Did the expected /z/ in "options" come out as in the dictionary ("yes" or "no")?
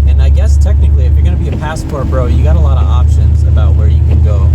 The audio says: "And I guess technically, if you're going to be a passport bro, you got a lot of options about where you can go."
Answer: yes